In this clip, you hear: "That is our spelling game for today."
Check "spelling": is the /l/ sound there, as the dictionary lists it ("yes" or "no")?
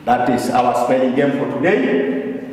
no